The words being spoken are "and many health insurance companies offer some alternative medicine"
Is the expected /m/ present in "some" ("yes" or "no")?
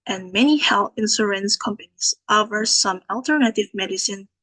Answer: yes